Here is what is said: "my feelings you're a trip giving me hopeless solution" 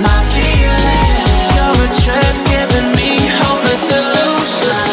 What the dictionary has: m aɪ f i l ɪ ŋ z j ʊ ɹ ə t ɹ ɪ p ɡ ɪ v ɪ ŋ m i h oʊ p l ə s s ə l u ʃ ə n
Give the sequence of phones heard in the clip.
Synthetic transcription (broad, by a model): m aɪ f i ɪ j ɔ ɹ ə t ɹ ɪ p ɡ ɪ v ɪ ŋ m i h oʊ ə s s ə l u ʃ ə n